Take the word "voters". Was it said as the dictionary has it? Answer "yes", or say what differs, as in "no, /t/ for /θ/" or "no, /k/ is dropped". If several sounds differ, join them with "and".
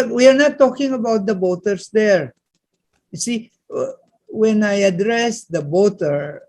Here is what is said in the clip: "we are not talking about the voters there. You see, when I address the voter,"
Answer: no, /b/ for /v/